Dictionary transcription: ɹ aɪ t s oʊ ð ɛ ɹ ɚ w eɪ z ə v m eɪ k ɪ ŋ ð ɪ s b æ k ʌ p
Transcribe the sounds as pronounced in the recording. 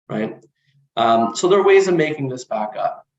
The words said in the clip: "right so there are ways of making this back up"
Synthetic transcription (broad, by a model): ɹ aɪ t s oʊ ð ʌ ɹ w eɪ z ə v m eɪ k ɪ ŋ ð ɪ s b æ k ʌ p